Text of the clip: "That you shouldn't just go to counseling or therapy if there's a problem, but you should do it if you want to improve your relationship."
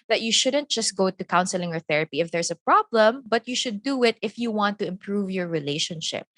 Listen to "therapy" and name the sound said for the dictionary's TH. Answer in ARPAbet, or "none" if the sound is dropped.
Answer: TH